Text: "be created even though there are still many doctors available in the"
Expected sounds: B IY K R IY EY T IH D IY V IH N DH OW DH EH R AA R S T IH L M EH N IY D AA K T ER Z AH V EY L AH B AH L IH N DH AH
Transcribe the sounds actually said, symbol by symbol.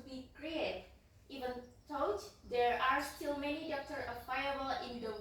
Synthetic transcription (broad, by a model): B IY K R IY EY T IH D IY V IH N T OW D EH R AA R S T IH L M EH N IY D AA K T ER AH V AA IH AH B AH L IH N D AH